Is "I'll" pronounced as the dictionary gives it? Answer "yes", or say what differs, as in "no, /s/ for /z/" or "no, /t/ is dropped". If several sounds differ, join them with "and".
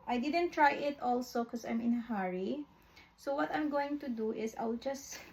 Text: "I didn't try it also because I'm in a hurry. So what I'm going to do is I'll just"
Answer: no, /w/ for /l/